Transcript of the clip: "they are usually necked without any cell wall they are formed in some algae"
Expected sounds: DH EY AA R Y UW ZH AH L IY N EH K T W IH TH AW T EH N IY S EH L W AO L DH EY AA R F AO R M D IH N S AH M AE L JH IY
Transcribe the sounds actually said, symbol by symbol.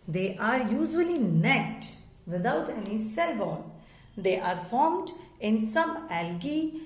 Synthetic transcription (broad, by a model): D EY AA R Y UW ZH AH L IY N EH K T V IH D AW T EH N IY S EH L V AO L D EY AA R F AO R M D IH N S AH M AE L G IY